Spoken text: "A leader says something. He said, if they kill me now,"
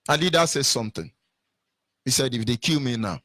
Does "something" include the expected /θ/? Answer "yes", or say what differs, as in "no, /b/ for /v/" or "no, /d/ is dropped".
no, /t/ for /θ/